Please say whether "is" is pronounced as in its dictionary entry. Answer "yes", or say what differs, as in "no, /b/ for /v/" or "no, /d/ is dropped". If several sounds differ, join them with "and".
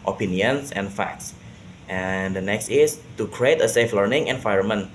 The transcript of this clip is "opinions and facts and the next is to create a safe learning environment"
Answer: no, /s/ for /z/